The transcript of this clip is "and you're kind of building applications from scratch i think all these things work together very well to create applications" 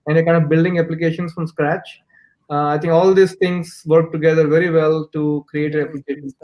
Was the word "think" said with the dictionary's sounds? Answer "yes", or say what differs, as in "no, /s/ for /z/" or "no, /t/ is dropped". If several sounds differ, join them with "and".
no, /t/ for /θ/